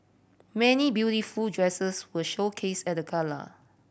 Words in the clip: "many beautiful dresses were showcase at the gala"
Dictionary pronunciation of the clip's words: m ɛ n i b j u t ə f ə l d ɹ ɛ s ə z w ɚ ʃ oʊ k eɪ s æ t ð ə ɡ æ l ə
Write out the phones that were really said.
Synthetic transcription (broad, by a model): m ɛ n i b j u t ə f ə l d ɹ ɛ s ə s w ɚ ʃ oʊ k eɪ s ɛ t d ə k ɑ l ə